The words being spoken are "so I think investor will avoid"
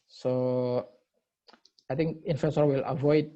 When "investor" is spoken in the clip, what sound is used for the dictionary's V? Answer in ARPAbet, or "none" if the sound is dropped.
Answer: F